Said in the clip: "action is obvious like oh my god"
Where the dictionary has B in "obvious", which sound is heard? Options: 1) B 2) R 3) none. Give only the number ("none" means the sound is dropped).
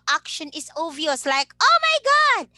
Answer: 3